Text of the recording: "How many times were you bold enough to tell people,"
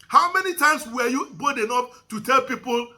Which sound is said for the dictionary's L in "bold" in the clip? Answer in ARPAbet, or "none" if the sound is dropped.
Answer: none